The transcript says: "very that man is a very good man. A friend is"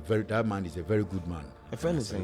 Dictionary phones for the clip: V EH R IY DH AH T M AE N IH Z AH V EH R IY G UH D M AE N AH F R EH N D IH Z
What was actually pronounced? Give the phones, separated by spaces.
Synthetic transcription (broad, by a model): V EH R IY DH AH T M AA N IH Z AH V EH R IY G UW D M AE N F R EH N IH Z